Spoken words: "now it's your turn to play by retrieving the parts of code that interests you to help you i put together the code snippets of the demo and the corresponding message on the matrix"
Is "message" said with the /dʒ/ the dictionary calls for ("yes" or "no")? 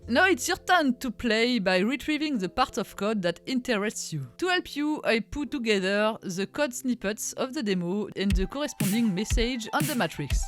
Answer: yes